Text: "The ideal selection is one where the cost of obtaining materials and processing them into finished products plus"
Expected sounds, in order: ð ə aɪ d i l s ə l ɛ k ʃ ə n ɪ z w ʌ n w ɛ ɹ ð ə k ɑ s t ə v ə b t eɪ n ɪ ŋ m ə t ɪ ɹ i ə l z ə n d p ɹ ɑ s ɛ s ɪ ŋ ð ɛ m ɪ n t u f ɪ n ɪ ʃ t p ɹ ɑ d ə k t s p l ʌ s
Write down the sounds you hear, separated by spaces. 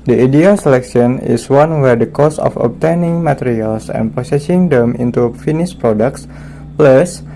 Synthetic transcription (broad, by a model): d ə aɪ d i l s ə l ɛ k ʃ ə n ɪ s w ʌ n w ɛ ɹ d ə k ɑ s ə f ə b t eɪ n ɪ ŋ m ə t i ɹ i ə l s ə n p ɑ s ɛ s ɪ ŋ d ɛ m ɪ n t u f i n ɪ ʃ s p ɹ ɑ d ə k t s p l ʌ s